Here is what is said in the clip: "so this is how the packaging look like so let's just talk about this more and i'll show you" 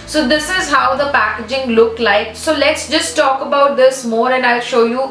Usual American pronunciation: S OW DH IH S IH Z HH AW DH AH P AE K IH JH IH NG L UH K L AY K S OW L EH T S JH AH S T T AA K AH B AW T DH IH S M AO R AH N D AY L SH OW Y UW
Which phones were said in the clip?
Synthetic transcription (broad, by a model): S OW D IH S IH Z HH AW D AH P AE K IH JH IH NG L UH K L AY K S OW L EH T S JH AH S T T AA K AH B AW T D IH S M AO R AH N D AY L SH OW Y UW